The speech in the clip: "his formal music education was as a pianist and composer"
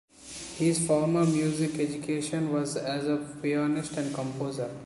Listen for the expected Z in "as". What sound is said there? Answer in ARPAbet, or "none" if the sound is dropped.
Z